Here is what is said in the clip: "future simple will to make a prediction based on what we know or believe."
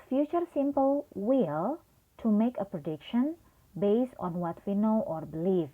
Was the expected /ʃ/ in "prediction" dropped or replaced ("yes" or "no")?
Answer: no